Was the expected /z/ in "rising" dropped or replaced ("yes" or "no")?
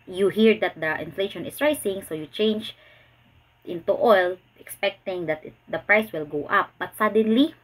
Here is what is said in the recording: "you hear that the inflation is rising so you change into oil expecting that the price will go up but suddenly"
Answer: yes